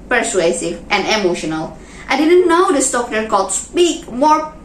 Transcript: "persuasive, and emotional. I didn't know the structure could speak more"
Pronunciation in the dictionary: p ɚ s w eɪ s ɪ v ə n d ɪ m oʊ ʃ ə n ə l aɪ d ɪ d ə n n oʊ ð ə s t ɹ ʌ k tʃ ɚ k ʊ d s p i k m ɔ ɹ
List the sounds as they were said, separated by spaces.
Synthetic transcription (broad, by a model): p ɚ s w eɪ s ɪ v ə n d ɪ m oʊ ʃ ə n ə l aɪ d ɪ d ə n n oʊ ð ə s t ɔ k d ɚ k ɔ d s p i k m ɔ ɹ